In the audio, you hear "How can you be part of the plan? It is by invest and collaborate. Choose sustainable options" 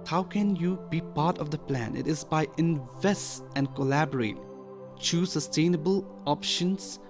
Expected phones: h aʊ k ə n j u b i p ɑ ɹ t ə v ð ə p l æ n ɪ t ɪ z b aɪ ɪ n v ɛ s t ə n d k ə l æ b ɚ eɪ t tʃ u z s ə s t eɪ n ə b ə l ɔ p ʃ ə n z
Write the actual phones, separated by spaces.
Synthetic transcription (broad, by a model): h aʊ k ə n j u b i p ɑ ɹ t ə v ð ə p l æ n ɪ t ɪ z b aɪ ɪ n v ɛ s t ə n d k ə l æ b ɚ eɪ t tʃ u s ə s t eɪ n ə b ə l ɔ p ʃ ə n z